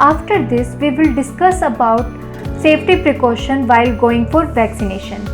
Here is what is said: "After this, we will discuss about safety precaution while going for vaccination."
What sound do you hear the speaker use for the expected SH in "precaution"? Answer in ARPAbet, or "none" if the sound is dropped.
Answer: SH